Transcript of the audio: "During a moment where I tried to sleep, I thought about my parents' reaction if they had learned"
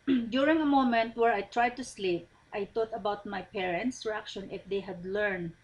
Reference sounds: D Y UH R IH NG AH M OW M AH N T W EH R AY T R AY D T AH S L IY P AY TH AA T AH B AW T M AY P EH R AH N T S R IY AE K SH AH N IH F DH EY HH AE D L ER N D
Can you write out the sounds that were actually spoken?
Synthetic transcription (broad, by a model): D Y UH R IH NG AH M OW M AH N T W EH R AY T R AY D T AH S L IY P AY T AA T AH B AW T M AY P EH R AH N T S R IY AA K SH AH N IH F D EY HH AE D L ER N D